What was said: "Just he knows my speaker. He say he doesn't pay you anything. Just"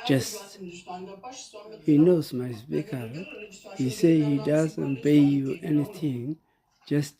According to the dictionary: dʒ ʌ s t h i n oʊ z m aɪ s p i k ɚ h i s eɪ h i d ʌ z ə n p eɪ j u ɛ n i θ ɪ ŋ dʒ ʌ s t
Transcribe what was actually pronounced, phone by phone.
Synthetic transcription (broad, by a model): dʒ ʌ s t h i n oʊ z m aɪ s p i k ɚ h i s eɪ h i d ʌ z ə n b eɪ j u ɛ n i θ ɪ ŋ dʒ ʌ s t